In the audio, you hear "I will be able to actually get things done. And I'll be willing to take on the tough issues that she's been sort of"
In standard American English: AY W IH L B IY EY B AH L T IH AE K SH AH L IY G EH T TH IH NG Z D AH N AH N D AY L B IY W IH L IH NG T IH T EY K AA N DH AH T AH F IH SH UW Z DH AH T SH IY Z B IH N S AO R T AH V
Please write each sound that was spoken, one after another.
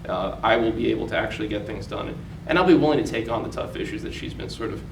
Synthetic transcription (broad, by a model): AY W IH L B IY EY B L T IH AE K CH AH L IY G EH T TH IH NG Z D AH N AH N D AY L B IY W IH L IH NG T IH T EY K N DH AH T AH F IH SH UW Z DH AH T SH IY Z B IH N S AO R T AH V